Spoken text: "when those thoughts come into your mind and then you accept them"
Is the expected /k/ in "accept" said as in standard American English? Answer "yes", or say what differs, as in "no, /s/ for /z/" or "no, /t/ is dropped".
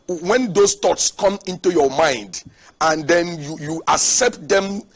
yes